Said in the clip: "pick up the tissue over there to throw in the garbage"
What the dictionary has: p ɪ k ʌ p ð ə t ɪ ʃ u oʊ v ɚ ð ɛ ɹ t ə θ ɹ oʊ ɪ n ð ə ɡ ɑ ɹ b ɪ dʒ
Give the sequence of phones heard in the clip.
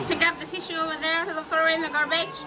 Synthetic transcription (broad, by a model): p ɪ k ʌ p ð ə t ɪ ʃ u oʊ v ɚ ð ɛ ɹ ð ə f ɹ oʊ ɪ n ð ə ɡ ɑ ɹ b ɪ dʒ